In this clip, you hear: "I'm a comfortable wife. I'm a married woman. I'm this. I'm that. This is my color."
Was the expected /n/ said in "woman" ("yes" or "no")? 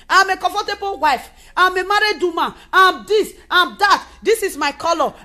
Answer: no